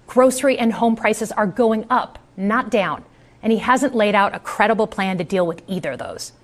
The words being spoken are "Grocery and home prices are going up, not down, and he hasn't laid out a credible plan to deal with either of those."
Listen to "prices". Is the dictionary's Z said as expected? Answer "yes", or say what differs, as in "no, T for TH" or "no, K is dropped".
yes